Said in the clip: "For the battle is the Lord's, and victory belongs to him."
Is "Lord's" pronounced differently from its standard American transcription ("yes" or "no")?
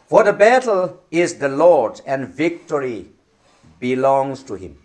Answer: yes